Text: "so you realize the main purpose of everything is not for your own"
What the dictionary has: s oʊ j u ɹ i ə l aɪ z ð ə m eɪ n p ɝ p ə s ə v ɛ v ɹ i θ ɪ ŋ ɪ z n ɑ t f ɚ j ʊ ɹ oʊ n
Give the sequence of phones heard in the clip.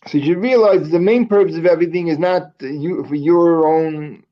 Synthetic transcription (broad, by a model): s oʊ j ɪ ɹ i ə l aɪ z ð ə m eɪ n p ɝ p ə s ə v ɛ v ɹ i θ ɪ ŋ ɪ z n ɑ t f ɚ j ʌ ɹ oʊ n